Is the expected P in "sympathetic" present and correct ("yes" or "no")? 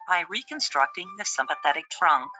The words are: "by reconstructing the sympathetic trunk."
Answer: yes